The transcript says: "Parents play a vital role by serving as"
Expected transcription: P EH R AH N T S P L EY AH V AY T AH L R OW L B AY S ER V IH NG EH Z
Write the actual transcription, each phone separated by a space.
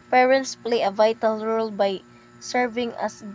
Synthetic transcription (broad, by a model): P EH R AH N T S P L EY AH V AY T AH L R OW L B AY S ER V IH NG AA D